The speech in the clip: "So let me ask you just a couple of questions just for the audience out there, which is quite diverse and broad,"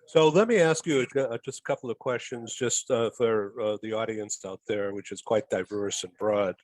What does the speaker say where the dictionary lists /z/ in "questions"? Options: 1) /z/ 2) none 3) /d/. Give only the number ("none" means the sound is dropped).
1